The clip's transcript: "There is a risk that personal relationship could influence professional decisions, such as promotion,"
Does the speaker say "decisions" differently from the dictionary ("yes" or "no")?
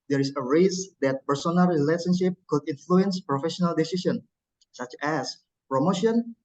yes